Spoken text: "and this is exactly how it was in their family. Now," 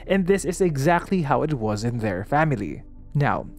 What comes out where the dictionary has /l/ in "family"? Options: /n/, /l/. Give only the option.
/l/